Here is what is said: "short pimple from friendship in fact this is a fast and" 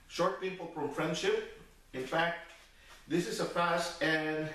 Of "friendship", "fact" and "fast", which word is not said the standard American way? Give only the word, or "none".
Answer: fast